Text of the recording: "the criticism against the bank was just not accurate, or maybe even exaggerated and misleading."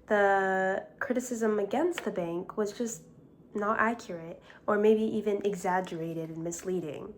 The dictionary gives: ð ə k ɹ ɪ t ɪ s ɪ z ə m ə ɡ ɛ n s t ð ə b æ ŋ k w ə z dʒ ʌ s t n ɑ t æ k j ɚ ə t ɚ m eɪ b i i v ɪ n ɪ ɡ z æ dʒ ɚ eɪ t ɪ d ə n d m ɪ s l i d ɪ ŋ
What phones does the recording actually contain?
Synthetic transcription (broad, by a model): ð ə k ɹ ɪ t ɪ s ɪ z ə m ə ɡ ɛ n s t ð ə b æ ŋ k w ə z dʒ ʌ s t n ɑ t æ k j ɚ ə t ɚ m eɪ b i i v ɪ n ɪ ɡ z æ dʒ ɚ eɪ t ɪ d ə n m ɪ s l i d ɪ ŋ